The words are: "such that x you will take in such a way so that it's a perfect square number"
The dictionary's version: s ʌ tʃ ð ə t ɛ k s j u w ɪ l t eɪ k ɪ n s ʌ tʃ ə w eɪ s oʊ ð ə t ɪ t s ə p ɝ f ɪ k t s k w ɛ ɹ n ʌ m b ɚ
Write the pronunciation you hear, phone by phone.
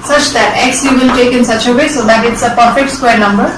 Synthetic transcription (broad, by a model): s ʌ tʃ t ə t ɛ k s j u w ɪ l t eɪ k ɪ n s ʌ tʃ ə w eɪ s oʊ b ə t ɪ t s ə p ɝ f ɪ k t s k w ɛ ɹ n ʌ m b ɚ